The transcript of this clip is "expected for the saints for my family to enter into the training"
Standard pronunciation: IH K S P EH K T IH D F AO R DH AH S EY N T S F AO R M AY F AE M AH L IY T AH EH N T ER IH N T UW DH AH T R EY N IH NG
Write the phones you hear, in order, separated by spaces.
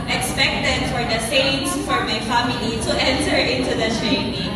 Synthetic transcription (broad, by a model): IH K S P EH K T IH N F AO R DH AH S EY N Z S F AO R M AY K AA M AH N IY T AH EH N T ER IH N T UW DH AH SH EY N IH